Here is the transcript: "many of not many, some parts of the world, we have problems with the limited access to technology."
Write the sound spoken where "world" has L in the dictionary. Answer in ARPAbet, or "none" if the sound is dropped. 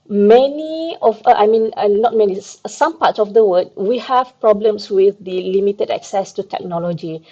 none